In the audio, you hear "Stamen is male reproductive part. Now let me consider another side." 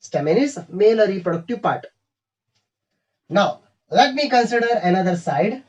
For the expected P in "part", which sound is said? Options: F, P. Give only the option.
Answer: P